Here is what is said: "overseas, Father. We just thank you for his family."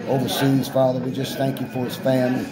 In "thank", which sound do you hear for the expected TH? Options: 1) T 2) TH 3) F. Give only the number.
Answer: 2